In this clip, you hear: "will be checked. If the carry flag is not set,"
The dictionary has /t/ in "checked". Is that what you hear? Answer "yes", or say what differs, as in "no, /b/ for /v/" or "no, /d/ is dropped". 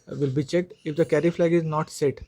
yes